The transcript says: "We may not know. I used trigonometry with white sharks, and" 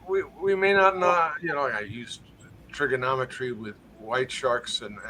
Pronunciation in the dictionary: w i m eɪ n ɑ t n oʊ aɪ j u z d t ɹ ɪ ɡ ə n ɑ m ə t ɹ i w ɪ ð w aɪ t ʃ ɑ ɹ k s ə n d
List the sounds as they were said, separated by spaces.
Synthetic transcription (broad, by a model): w i m eɪ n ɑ t n oʊ aɪ j u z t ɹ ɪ ɡ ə n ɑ m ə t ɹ i w ɪ ð w aɪ t ʃ ɑ ɹ k s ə n